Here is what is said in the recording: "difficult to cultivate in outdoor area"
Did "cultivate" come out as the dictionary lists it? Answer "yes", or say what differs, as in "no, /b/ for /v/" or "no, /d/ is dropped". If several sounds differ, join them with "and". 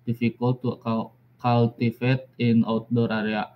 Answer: no, /f/ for /v/